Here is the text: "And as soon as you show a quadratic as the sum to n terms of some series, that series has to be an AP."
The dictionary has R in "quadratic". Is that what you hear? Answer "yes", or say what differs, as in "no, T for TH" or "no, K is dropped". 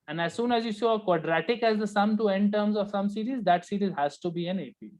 yes